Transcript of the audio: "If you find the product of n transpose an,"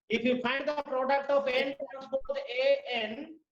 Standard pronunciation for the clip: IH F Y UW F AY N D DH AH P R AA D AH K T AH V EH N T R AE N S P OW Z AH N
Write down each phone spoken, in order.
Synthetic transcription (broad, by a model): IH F Y UW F AY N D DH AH P R AA D AH K T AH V EH N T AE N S B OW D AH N